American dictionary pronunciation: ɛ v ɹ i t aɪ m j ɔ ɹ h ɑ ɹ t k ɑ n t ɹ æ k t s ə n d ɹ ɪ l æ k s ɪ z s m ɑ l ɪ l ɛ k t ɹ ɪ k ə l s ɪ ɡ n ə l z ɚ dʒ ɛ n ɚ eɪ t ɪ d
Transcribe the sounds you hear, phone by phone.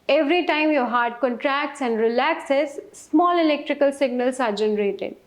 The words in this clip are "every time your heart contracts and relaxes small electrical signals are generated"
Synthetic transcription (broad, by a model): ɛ v ɹ i t aɪ m j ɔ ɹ h ɑ ɹ t k ɑ n t ɹ æ k t s ə n d ɹ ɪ l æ k s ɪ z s m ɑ l ɪ l ɛ k t ɹ ɪ k ə l s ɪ ɡ n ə l s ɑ dʒ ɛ n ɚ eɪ t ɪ d